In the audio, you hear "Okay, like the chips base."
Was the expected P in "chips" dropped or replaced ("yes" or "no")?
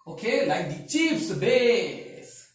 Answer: yes